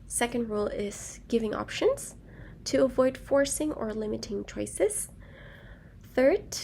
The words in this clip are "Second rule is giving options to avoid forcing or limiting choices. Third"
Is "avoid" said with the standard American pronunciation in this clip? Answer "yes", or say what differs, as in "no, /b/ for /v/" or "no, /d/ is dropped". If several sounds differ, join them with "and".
yes